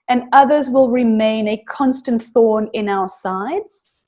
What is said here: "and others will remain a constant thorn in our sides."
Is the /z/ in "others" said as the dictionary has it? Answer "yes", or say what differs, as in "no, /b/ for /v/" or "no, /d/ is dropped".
yes